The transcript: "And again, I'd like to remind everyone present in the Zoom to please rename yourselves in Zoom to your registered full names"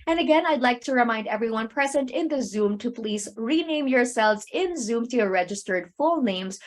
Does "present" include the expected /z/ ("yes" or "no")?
yes